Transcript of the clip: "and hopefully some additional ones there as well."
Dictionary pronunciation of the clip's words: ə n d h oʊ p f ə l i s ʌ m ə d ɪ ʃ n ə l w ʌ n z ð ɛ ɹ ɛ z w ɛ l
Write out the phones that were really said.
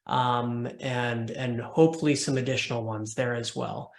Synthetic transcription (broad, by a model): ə n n h oʊ p f l i s ʌ m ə d ɪ ʃ n l w ʌ n z ð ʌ ɹ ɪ z w ɛ l